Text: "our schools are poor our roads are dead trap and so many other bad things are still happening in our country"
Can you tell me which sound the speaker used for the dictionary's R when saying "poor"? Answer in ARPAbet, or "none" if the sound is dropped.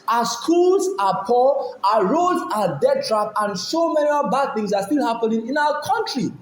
L